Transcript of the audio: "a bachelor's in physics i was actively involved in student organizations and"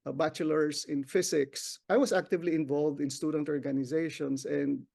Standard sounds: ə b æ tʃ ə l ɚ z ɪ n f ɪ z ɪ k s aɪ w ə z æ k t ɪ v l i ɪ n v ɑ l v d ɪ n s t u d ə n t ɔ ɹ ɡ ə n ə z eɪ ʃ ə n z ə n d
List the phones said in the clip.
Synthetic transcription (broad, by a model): b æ tʃ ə l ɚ s ɪ n f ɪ s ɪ k s aɪ w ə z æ k t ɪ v l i ɪ n v ɑ l v d ɪ n s t u d ə n t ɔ ɹ ɡ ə n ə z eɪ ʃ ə n s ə n d